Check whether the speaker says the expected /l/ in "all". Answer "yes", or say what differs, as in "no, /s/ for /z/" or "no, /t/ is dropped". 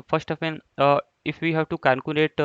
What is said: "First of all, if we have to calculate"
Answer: no, /n/ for /l/